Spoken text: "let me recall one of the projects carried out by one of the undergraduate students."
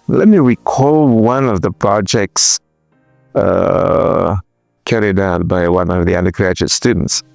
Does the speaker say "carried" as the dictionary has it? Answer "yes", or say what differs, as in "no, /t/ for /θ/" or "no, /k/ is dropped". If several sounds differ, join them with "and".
yes